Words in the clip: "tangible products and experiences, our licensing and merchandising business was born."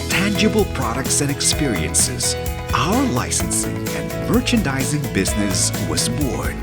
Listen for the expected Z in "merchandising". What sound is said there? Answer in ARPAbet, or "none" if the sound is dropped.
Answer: Z